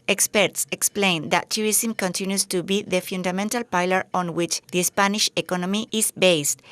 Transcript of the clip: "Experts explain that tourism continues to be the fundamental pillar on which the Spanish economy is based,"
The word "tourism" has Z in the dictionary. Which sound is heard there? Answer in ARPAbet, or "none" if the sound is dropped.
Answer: S